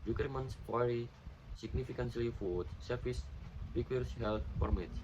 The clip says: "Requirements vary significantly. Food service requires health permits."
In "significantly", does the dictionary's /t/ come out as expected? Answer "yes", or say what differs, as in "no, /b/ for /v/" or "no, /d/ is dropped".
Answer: no, /s/ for /t/